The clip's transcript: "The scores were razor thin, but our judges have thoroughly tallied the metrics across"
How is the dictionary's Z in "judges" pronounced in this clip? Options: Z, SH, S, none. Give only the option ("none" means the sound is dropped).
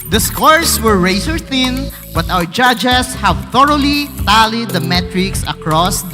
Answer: S